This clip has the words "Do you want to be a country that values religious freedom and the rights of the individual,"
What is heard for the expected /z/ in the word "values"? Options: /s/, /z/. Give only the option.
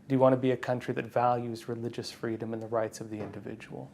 /z/